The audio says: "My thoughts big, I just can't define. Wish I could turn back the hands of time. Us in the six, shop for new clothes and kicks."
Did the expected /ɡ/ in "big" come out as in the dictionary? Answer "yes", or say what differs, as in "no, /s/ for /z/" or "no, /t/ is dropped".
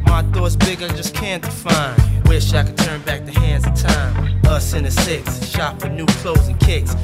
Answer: yes